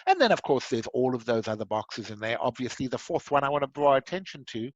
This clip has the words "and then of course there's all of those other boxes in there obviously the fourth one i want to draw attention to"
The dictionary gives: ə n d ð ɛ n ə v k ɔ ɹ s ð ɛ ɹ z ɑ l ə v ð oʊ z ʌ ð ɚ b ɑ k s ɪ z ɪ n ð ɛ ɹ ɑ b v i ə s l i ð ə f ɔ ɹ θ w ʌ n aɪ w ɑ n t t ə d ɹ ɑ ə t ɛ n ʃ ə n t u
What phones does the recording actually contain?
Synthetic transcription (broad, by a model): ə n ð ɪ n ə v k ɔ ɹ s ð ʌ ɹ z ɑ l ə v ð oʊ z ʌ ð ɚ b ɑ k s ɪ z ɪ n ð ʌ ɹ ɑ b v i ə s l i ð ə f ɔ ɹ θ w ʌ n aɪ w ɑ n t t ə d ɹ ɑ ə t ɛ n ʃ ə n t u